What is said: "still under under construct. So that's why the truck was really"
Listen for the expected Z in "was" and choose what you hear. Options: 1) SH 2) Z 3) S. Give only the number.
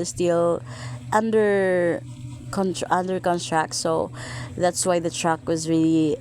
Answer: 2